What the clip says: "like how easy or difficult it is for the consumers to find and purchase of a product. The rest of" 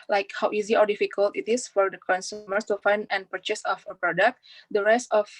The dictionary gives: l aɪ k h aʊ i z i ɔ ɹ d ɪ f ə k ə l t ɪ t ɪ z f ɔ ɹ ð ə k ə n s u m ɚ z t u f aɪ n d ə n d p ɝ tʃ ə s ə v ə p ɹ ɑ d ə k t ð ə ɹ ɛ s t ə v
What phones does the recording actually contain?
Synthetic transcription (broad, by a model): l aɪ k h aʊ i z i ɔ ɹ d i f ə k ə l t ɪ t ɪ s f ɔ ɹ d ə k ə n s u m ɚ s t u f aɪ n d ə n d p ɝ tʃ ə s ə f ə p ɹ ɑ d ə k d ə ɹ ɛ s t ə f